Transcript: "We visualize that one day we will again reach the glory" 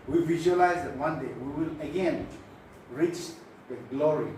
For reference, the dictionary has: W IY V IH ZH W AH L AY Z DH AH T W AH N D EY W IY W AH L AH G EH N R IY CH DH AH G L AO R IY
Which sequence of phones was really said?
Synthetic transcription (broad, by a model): W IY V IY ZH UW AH L AY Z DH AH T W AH N D EY W IY W AH L AH G EH N R IY CH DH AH G L AO R IY